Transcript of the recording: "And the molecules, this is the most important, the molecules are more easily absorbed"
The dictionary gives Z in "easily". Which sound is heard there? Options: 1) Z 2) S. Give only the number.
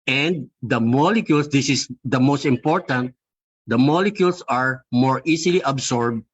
2